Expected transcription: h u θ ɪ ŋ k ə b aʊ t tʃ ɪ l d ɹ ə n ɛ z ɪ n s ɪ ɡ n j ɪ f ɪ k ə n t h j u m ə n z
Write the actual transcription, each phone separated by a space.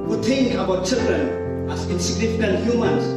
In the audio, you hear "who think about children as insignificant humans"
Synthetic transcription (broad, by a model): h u t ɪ ŋ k ə b aʊ t tʃ ɪ l d ɹ ə n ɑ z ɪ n s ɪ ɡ n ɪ f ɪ k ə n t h j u m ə n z